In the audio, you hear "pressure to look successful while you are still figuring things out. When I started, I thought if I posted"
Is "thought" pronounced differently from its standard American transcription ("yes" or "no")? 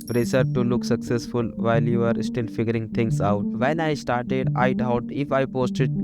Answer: yes